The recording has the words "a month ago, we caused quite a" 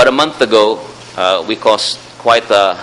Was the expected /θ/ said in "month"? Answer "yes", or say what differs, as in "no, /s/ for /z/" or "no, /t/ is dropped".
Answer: yes